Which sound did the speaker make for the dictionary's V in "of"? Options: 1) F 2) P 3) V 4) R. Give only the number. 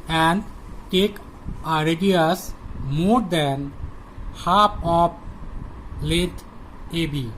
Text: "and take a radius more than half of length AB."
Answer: 2